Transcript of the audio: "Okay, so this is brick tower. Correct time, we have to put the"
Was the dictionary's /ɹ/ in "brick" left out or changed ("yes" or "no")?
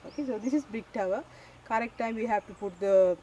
yes